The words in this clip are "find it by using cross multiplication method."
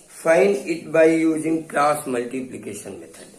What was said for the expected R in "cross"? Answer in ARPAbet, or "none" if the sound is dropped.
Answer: L